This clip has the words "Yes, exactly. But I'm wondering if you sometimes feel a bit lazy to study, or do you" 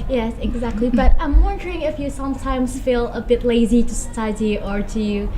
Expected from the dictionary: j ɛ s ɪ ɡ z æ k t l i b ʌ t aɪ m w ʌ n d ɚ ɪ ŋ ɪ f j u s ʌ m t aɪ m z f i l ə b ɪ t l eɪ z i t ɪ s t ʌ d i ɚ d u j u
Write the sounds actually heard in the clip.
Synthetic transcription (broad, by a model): j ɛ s ɪ ɡ z æ k t l i b ʌ t aɪ m w ʌ n d ɚ ɪ ŋ ɪ f j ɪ s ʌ m t aɪ m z f i l ə b ɪ t l eɪ z i t ɪ s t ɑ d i ɚ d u j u